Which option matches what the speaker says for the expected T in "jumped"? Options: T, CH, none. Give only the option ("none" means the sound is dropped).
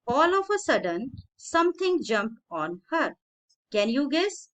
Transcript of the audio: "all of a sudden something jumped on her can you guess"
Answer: T